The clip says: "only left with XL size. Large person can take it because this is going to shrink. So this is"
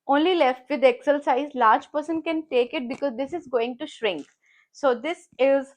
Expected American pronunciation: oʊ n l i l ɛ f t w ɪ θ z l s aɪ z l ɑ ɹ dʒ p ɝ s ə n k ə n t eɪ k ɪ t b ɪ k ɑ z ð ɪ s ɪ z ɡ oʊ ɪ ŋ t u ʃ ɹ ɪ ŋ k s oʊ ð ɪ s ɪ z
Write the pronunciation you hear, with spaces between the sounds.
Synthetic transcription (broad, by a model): oʊ n l i l ɛ f t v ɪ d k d s aɪ z l ɑ ɹ dʒ p ɝ s ə n k ə n t eɪ k ɪ t b ɪ k ɑ z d ɪ s ɪ z ɡ oʊ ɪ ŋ t u ʃ ɹ ɪ ŋ k s oʊ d ɪ s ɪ z